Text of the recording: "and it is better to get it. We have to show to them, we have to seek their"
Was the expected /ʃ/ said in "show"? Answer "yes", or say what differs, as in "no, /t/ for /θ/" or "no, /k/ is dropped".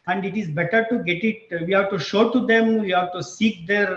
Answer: yes